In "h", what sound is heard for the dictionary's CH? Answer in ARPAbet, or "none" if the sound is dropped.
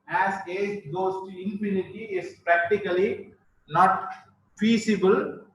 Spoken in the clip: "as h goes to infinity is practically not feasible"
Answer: S